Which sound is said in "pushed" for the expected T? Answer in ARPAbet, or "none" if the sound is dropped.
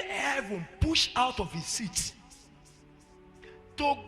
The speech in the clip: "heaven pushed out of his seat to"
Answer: none